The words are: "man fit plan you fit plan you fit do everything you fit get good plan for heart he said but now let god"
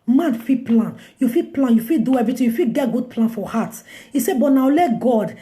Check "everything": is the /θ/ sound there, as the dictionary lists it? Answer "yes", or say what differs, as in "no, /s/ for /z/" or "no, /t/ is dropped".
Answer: no, /t/ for /θ/